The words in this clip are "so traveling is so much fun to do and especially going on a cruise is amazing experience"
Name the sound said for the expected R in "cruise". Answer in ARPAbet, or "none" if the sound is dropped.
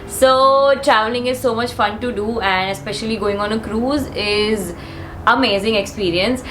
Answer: R